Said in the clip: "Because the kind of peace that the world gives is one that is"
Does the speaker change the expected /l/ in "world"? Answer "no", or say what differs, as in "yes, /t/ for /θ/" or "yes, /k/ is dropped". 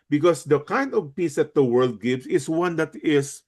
no